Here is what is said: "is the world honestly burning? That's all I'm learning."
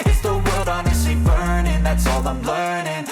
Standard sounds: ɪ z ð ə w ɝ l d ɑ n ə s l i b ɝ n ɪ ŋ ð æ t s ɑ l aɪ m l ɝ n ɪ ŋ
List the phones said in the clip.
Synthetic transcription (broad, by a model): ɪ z ð ə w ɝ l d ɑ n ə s i b ɝ n ɪ ŋ ð æ t s ɑ l aɪ m l ɝ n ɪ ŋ